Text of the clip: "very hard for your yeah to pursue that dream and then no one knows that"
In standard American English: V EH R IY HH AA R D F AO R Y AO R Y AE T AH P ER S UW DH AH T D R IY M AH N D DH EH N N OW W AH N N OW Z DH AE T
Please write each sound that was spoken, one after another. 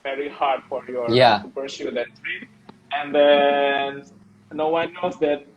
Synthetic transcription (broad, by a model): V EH R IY HH AA R D F AO R Y AO R Y AE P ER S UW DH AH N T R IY AH N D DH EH N N OW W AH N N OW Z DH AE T